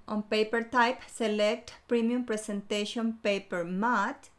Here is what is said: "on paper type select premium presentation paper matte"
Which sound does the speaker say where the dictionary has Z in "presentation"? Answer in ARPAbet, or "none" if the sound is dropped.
S